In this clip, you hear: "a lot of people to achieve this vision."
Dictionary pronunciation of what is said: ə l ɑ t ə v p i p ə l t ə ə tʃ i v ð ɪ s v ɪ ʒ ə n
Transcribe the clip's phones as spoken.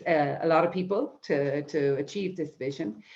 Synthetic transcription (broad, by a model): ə l ɑ t ə v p i p ə l t ə ə tʃ i v ð ɪ s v ɪ ʒ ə n